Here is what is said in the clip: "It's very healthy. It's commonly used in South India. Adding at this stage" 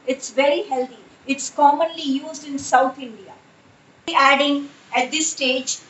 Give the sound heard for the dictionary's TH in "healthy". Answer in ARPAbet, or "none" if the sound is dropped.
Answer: T